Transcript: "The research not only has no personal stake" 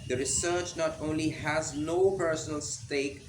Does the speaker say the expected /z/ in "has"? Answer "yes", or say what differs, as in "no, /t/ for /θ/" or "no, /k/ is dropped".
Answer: yes